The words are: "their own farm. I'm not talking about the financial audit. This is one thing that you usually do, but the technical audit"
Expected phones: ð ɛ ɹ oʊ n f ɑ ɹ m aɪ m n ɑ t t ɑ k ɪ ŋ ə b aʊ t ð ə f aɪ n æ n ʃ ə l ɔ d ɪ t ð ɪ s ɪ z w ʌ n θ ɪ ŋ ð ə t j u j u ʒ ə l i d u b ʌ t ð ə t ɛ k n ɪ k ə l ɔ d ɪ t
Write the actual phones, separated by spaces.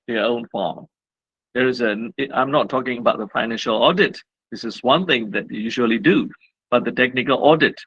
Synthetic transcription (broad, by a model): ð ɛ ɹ oʊ n f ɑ ɹ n aɪ m n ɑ t t ɑ k ɪ ŋ ə b aʊ t ð ə f aɪ n æ n ʃ ə l ɔ d ɪ t ð ɪ s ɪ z w ʌ n θ ɪ ŋ ð ə t j u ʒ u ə l i d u b ʌ t ð ə t ɛ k n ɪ k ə l ɔ d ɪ t